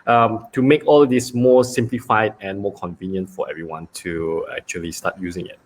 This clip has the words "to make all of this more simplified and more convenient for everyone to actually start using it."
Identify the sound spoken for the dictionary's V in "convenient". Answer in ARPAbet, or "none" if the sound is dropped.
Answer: V